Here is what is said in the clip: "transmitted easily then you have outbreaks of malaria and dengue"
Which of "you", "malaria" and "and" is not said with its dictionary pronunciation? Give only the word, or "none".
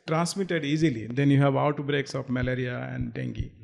none